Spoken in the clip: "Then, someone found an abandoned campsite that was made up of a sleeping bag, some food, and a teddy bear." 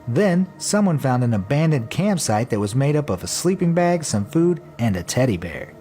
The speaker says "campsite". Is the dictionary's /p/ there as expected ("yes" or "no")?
yes